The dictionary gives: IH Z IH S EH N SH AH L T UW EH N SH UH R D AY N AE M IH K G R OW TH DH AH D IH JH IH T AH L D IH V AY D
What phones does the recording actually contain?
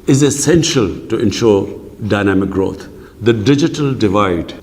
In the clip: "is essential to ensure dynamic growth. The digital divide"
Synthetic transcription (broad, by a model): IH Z IH S EH N SH AH L T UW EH N SH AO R D AY N AE M IH K G R OW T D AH D IH JH IH T AH L D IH V AY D